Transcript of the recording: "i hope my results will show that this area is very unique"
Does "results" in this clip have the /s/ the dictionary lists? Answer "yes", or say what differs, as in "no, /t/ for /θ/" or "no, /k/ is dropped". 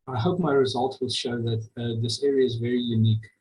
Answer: no, /s/ is dropped